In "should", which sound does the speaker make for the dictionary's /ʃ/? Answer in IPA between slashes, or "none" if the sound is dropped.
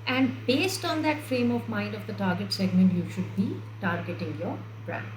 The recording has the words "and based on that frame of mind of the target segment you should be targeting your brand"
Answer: /ʃ/